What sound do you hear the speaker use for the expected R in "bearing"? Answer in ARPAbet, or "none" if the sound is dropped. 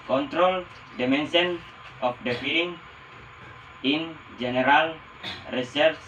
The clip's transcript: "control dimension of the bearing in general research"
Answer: L